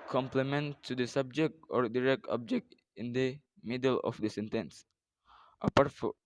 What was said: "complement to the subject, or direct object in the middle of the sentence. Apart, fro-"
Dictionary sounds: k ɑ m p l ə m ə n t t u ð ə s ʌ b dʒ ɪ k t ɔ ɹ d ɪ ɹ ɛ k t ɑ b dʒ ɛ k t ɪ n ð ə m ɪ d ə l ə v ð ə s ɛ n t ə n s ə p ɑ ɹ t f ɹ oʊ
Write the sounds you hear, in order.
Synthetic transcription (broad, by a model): k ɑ m p l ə m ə n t t u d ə s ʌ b dʒ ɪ k t ɔ ɹ d ɪ ɹ ɛ k t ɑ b dʒ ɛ k t ɪ n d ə m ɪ d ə l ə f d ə s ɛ n t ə n s ə p ɑ ɹ t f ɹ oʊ